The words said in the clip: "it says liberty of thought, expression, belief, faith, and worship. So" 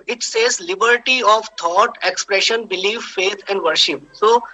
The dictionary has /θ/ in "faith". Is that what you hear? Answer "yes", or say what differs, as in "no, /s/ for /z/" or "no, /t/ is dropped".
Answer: no, /t/ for /θ/